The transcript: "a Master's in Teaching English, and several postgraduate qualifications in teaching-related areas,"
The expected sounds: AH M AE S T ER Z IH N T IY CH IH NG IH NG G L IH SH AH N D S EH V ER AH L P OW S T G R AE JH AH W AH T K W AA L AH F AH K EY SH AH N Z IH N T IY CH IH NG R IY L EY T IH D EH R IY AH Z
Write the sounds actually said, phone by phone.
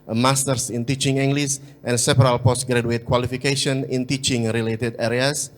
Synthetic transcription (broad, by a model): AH M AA S T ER S IH N T IY CH IH NG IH NG G L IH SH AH N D S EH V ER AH L P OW S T G R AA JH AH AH T K W AA L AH F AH K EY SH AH N IH N T IY CH IH NG R IY L EY T IH D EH R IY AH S